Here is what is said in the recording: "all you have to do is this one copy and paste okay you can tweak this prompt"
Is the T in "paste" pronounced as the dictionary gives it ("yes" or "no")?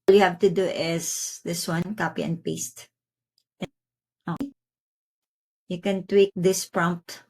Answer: yes